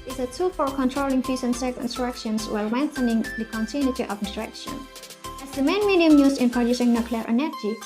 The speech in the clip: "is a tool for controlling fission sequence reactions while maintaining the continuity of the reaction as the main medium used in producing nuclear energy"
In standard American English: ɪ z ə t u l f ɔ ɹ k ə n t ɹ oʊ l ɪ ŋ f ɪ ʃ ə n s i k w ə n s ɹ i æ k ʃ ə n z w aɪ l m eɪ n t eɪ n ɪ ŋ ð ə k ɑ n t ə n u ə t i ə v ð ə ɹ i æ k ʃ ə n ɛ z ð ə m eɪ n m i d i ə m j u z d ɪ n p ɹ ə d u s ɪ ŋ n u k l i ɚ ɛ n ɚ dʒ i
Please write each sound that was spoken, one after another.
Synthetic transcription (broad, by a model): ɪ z ə t u l f ɔ ɹ k ə n t ɹ oʊ l ɪ ŋ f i s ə n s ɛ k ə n s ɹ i k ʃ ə n s w aɪ l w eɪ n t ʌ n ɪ ŋ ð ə k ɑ n t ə n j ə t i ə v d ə ɹ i k ʃ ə n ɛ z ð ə m eɪ n m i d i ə m j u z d ɪ n p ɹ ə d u s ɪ ŋ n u k l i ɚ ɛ n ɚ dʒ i